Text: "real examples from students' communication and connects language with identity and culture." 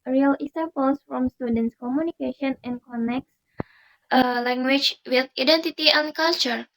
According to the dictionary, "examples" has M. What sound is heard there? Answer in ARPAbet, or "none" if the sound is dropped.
none